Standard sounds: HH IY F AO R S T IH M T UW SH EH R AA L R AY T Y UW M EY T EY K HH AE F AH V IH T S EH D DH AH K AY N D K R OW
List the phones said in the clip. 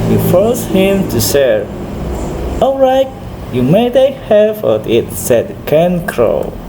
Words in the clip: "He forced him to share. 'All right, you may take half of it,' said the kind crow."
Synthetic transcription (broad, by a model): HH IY F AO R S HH IH M T UW S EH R AA L R AY T Y UW M EY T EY HH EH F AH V IH T S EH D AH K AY N K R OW